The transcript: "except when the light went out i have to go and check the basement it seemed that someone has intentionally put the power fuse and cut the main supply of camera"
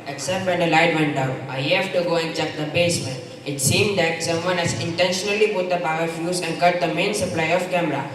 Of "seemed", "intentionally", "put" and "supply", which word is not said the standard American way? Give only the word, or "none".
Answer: put